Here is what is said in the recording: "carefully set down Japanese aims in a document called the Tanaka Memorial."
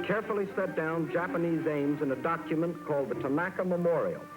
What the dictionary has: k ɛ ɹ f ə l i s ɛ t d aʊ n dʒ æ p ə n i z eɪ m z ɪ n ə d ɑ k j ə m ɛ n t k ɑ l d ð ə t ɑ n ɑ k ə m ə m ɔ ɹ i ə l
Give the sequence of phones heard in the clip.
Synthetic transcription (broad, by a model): k ɛ ɹ f l i s ɛ t d aʊ n dʒ æ p ə n i z eɪ m z ɪ n ə d ɑ k j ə m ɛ n k ɑ l d ð ə t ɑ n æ k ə m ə m ɔ ɹ i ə l